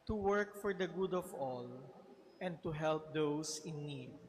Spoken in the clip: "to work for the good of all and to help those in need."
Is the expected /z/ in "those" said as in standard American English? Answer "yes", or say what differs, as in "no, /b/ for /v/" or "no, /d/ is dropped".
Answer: no, /s/ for /z/